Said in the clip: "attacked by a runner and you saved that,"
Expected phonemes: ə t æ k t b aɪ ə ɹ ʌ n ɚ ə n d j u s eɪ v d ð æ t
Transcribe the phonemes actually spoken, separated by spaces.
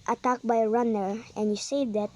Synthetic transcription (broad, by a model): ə t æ k b aɪ ə ɹ ʌ n ɚ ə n j u s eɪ d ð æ t